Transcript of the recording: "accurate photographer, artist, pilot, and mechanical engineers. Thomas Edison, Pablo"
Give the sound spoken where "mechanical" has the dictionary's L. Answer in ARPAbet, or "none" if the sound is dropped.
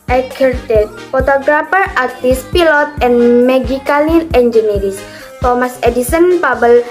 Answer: N